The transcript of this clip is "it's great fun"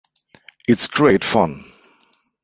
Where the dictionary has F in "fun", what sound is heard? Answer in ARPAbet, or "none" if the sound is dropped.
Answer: F